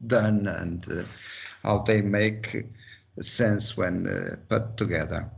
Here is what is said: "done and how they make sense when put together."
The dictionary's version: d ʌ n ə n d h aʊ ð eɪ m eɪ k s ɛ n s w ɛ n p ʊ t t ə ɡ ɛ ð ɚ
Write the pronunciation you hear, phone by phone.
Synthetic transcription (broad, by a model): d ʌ n ə n d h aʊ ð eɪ m eɪ k s ɛ n s w ɛ n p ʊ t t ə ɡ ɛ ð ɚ